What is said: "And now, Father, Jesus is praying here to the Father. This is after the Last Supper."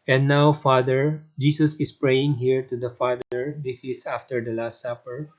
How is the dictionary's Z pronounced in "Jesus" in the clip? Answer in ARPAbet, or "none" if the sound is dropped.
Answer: S